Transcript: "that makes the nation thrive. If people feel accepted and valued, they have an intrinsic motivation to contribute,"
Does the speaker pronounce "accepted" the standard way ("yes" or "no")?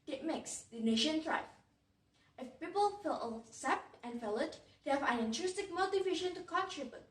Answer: no